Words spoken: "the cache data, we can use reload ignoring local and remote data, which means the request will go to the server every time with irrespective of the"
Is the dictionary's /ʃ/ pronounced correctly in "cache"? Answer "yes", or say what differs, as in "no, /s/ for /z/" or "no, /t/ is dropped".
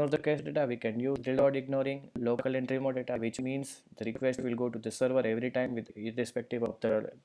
no, /s/ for /ʃ/